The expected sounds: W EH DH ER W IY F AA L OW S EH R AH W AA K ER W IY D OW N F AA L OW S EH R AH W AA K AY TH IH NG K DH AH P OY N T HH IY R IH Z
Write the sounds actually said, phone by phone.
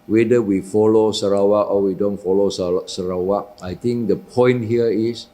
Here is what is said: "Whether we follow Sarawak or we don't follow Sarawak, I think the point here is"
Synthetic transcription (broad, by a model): W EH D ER W IY F AA L OW S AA R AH W AA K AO W IY D OW N F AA L OW S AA R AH W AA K AY T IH NG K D AH P OY N T HH IY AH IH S